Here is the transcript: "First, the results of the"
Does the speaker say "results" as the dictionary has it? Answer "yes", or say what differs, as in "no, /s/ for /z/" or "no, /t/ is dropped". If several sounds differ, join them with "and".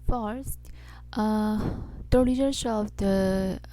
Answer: no, /l/ is dropped